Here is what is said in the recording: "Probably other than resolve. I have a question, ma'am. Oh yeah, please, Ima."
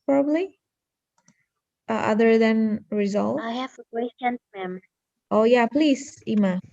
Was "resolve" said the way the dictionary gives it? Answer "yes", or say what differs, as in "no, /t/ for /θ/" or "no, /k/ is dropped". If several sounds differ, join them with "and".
no, /v/ is dropped